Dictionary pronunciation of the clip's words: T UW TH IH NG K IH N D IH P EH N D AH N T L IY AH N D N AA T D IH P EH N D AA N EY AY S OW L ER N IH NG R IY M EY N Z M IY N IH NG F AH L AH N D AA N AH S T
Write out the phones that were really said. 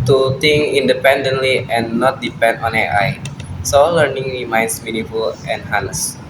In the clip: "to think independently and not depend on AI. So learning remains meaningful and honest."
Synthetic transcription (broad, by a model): T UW T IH NG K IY N D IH P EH N D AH N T L IY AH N N AA T D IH P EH N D AA N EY AY S OW L ER N IH NG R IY M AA N S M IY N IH F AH L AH N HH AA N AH S